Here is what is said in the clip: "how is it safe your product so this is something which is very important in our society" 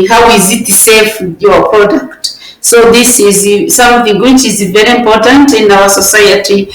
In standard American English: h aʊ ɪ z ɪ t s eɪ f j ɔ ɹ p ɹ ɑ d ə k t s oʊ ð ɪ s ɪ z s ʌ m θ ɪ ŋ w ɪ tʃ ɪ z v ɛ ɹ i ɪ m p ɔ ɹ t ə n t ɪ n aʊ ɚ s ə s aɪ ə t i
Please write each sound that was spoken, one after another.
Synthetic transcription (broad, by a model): h aʊ ɪ z ɪ t s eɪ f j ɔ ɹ p ɹ ɑ d ə k t s oʊ ð ɪ s ɪ z s ʌ m θ ɪ ŋ w ɪ tʃ ɪ z v ɛ ɹ i ɪ m p ɔ ɹ t ə n t ɪ n aʊ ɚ s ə s aɪ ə t i